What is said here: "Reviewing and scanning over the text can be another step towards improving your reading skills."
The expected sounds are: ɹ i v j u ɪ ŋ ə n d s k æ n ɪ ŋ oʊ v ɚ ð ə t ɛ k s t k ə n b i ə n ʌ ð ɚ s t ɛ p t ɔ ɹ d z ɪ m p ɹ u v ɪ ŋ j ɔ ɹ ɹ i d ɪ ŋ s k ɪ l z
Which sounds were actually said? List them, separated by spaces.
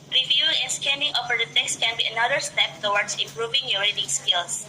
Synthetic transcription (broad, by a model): ɹ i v j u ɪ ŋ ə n s k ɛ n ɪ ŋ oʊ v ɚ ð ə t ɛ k s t k ə n b i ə n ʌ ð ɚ s t ɛ p t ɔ w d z ɪ m p ɹ u v ɪ ŋ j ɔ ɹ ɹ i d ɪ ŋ s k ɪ l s